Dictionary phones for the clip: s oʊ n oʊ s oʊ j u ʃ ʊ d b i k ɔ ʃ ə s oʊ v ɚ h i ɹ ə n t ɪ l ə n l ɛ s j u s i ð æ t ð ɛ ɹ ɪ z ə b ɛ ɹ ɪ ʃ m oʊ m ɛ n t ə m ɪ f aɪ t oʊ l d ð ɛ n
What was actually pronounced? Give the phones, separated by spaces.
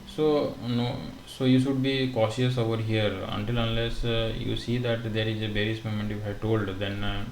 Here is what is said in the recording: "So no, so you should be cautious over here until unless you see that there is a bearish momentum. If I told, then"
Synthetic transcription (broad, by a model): s oʊ n oʊ s oʊ j u ʃ ʊ d b i k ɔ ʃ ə s oʊ v ɚ h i ɹ ə n t ɪ l ə n l ɛ s j u s i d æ t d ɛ ɹ ɪ z ə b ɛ ɹ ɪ s m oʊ m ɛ n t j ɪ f aɪ t oʊ l d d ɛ n